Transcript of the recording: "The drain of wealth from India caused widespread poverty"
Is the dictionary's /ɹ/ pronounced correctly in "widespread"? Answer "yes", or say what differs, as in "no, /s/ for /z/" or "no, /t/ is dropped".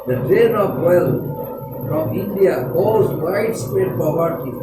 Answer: no, /ɹ/ is dropped